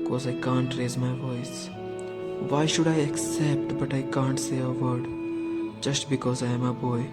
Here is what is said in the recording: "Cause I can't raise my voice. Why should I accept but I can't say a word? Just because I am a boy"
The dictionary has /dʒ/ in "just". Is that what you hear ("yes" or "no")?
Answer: yes